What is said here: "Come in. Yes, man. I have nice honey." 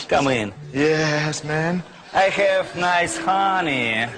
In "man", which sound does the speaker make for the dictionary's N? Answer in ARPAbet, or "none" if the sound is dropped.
N